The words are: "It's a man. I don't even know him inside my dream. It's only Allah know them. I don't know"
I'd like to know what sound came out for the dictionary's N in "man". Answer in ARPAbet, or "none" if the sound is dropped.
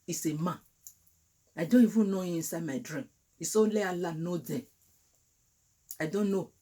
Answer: none